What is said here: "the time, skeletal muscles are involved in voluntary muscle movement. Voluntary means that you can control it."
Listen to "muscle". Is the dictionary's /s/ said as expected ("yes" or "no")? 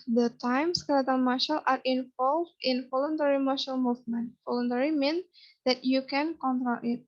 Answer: no